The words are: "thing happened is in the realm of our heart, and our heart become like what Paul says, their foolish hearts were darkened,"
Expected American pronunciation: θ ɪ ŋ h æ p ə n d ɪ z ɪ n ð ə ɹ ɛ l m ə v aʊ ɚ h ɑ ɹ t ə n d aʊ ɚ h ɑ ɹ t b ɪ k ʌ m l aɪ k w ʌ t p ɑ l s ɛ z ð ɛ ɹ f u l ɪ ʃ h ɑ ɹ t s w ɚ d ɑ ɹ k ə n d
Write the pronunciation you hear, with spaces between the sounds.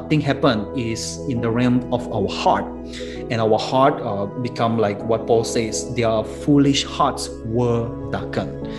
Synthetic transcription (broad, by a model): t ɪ ŋ h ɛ p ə n ɪ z ɪ n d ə ɹ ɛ m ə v aʊ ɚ h ɑ t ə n aʊ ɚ h ɑ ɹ t b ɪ k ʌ m l aɪ k w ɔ t p ɑ l s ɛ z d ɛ f u l ɪ ʃ h ɑ t s w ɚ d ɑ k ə n